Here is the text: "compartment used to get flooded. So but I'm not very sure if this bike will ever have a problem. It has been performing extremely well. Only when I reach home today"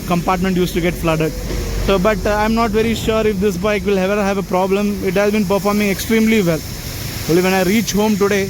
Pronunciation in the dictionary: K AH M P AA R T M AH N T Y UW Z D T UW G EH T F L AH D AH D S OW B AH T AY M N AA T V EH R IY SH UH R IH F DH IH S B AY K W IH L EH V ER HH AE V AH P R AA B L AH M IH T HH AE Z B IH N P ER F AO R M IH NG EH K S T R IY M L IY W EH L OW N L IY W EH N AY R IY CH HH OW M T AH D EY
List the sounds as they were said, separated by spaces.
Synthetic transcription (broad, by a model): K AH M P AA R T M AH N T Y UW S T UW G EH T F L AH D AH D S OW B AH T AY M N AA T V EH R IY SH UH R IH F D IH S B AY K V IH L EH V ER HH AE V AH P R AA B L AH M IH T HH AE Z B IH N P ER F AO R M IH NG EH K S T R IY M L IY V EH L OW L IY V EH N AY R IY CH HH OW M T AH D EY